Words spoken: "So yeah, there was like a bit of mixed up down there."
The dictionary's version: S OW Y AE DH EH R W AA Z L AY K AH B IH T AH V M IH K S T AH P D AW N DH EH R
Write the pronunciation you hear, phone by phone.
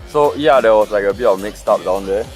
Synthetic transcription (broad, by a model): S OW Y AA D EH W AA S L AY K AH B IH T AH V M IH K S T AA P D AW N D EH